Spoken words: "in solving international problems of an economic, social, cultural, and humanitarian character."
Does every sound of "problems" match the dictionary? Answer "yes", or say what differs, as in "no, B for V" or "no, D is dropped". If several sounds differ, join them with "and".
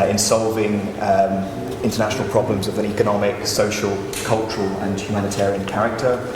yes